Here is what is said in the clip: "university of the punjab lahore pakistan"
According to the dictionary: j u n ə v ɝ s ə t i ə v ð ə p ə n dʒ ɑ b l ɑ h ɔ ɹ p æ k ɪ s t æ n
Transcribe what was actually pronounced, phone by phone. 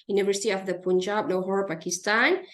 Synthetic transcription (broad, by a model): j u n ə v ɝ s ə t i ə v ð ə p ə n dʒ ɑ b n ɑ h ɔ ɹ p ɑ k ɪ s t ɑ n